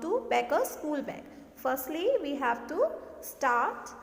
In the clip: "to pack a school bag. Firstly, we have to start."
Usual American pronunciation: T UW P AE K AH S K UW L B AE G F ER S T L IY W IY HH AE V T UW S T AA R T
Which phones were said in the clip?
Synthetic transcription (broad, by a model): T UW B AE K AH S K UW L B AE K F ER S T L IY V IY HH AE V T UW S T AA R T